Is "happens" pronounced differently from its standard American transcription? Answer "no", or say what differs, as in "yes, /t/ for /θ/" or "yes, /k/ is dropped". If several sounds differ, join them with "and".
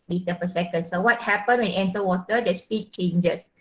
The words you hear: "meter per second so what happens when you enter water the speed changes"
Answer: yes, /z/ is dropped